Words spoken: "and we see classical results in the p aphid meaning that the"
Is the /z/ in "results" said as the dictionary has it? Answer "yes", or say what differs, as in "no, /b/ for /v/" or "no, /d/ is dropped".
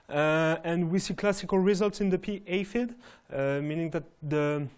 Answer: yes